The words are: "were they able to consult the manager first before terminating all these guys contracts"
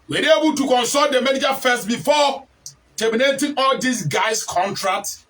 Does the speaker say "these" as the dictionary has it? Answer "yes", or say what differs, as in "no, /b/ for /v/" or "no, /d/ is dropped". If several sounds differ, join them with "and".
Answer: no, /s/ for /z/